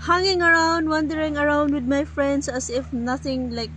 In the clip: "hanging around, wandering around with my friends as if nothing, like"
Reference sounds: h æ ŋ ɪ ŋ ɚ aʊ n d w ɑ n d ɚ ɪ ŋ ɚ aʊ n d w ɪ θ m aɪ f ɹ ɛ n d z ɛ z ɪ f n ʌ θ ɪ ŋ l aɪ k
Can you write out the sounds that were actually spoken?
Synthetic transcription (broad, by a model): h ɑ ŋ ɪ ŋ ɚ aʊ n d w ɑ n d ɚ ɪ ŋ ɚ aʊ n d w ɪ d m aɪ f ɹ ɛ n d s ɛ s ɪ f n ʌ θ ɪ ŋ l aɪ k